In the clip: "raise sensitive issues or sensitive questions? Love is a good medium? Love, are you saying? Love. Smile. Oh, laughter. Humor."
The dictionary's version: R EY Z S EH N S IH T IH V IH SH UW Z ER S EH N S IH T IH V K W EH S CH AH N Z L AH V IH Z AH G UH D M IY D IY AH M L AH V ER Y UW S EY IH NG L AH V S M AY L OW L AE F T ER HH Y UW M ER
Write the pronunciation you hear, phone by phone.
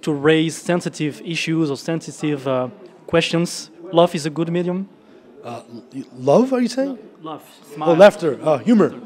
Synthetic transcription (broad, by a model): R EY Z S EH N S IH T IH V IH SH UW Z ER S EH N S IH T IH V K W EH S CH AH N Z L AH V IH Z AH G UH D M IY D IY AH M L AH V ER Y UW S EY IH NG L AH V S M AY OW L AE F T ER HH Y UW M ER